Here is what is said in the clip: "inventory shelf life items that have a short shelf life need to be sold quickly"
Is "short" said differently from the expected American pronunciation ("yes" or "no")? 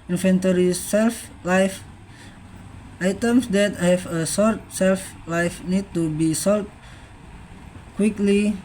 yes